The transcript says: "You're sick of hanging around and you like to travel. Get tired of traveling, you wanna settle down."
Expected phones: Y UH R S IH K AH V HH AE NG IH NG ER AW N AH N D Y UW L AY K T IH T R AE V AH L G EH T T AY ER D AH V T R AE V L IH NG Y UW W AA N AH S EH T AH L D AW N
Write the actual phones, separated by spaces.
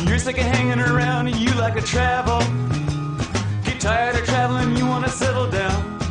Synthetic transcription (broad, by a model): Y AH R S IH K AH HH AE NG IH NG ER AW N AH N Y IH L AY K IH T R AE V L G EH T T AY ER D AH T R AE V L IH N Y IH W AA N AH S EH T L D AW N